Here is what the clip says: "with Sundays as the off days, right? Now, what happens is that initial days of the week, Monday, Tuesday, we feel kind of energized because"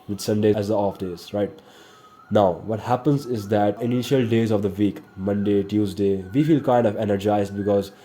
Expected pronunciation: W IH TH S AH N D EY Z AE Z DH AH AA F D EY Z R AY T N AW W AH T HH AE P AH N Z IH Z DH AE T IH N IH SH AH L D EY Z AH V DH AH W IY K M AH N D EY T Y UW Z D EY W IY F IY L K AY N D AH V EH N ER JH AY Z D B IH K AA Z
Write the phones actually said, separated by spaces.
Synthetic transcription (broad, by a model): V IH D S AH N D EY AE Z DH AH AA F D EY Z R AY T N AW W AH T HH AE P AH N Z IH Z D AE T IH N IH SH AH L D EY Z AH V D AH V IY K M AH N D EY T Y UW Z D EY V IY F IY L K AY N D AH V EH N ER JH AY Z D B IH K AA Z